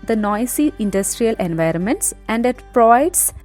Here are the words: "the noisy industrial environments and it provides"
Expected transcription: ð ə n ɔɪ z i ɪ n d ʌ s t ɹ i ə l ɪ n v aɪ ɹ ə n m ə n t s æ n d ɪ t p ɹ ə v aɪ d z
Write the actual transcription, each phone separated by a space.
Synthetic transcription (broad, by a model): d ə n ɔɪ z i ɪ n d ʌ s t ɹ i ə l ɪ n v aɪ ɹ ə n m ə n t s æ n d ɪ t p ɹ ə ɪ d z